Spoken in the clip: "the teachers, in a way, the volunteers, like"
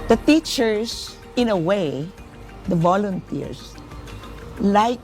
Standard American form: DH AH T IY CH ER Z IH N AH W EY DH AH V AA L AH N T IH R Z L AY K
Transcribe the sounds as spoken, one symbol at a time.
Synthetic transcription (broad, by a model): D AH T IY CH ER S IH N AH W EY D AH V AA L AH N T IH R S L AY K